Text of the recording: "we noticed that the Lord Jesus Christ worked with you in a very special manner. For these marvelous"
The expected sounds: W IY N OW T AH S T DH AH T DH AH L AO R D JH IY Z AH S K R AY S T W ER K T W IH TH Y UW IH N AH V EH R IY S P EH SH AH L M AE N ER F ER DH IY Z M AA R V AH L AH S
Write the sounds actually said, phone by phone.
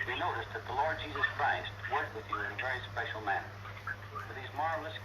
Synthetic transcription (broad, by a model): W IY N OW T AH S DH AH T DH AH L AO R D JH IY Z AH S K R AY S T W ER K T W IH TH IH N AH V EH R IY S P EH SH L M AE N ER F ER DH IY Z M AA R V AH L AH S